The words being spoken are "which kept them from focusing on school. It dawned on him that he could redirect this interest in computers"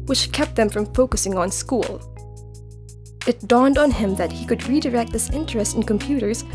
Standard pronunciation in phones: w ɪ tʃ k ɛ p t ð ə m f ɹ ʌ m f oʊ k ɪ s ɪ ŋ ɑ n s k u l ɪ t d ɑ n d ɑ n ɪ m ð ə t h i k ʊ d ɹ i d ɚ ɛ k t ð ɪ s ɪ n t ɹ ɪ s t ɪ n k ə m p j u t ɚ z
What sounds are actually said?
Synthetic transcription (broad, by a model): w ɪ tʃ k ɛ p t ð ə m f ɹ ʌ m f oʊ k ɪ s ɪ ŋ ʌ n s k u l ɪ t d ɑ n d n ɪ m ð ə t h i k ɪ d ɹ i d ɚ ɛ k t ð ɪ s ɪ n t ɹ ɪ s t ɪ n k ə m p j u t ɚ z